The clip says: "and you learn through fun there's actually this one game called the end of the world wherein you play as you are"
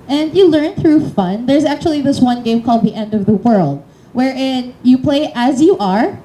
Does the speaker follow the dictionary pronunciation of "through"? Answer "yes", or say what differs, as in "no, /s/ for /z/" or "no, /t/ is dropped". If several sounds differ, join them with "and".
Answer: yes